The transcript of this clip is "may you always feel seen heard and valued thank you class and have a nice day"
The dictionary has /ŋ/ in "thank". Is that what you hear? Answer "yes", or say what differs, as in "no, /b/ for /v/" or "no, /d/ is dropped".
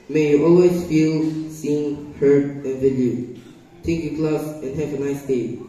no, /ŋ/ is dropped